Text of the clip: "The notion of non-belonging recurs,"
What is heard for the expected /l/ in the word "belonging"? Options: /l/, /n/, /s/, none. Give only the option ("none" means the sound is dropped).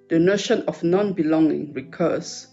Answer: /l/